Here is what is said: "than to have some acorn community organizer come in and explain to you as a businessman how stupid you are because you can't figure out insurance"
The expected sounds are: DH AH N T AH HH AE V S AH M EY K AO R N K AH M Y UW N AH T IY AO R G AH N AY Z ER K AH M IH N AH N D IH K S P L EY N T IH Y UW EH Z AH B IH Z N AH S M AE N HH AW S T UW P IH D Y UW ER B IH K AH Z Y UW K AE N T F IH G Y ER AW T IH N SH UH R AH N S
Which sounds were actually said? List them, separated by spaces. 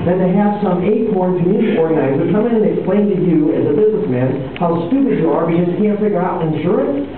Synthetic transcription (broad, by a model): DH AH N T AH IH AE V S AH M EY K AO R N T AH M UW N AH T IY AO R G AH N AY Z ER K AH M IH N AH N IH K S P L EY N T IH Y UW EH Z AH B IH Z N AH S M AE N HH AW S T UW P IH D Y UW ER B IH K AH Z K AE N T F IH G Y ER AW T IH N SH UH R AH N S